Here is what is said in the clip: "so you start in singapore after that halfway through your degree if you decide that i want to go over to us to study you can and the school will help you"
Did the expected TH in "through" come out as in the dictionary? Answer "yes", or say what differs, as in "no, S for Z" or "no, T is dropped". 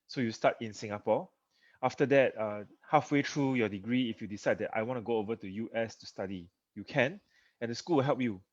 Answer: no, T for TH